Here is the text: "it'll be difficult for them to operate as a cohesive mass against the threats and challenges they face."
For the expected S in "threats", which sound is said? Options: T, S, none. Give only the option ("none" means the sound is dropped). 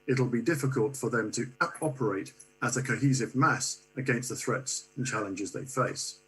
S